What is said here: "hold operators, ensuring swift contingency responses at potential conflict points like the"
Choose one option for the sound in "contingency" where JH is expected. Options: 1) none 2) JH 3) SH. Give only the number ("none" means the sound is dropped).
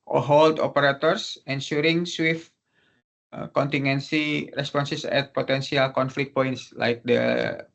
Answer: 1